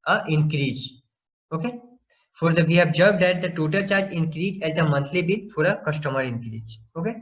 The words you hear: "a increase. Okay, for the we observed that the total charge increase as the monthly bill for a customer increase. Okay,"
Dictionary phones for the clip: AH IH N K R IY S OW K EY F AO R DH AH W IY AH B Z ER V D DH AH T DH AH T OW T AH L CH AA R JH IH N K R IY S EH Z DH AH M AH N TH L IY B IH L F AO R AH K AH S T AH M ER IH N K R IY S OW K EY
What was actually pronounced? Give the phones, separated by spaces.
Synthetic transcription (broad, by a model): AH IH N K R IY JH OW K EY F AO R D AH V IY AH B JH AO B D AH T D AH T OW T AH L CH AA R JH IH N K R IY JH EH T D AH M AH N T L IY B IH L F AO R AH K AH S T AH M ER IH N K R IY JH OW K EY